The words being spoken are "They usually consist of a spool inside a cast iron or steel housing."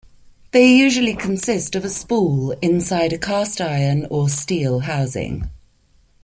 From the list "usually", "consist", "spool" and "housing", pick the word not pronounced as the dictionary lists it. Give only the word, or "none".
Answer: none